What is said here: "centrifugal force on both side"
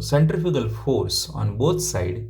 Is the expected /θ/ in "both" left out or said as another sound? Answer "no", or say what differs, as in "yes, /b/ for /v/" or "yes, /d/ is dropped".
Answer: yes, /t/ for /θ/